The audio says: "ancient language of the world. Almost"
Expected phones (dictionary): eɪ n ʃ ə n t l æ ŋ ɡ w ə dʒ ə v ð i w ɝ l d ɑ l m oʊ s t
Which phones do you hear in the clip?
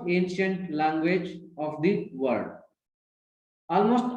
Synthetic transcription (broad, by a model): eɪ n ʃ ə n t l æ ŋ ɡ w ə dʒ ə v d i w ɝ d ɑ l m oʊ s t